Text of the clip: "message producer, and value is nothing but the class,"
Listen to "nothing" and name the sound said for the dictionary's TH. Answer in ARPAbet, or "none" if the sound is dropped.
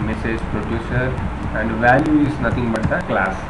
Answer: T